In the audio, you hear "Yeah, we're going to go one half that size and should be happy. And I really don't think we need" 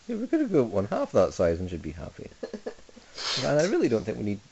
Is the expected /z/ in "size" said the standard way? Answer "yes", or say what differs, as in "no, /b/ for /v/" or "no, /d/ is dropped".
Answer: yes